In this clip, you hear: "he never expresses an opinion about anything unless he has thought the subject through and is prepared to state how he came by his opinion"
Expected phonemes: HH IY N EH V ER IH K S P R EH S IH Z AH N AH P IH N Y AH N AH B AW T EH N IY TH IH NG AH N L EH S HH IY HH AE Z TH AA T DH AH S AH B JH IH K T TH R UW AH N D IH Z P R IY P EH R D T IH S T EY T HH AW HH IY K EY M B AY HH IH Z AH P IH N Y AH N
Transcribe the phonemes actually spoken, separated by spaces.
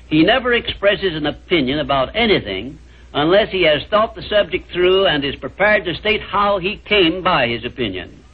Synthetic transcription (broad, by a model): HH IY N EH V ER IH K S P R EH S IH Z AH N AH P IH N Y AH N AH B AW T EH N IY TH IH NG AH N L EH S HH IY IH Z TH AA T DH AH S AH B JH IH K T TH R UW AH N IH Z P R IY P EH R D T IH S T EY T HH AW IY K EY M B AY IH Z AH P IH N Y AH N